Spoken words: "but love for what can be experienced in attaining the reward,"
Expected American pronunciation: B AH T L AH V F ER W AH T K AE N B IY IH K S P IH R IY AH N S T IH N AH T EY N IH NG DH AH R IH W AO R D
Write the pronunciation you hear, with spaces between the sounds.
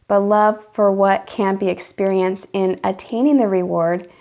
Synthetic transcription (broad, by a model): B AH T L AH V F ER W AH T K AE N B IY IH K S P IH R IY AH N S T IH N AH T EY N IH NG DH AH R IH W AO R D